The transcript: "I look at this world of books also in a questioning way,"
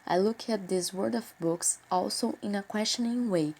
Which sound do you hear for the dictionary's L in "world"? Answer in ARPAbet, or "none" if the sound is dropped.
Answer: none